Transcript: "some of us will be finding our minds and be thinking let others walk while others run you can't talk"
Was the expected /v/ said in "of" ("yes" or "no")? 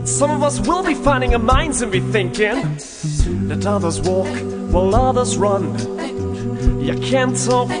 yes